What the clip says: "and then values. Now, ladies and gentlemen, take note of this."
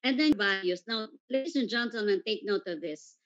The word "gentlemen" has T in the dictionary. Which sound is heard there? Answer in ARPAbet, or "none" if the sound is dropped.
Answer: S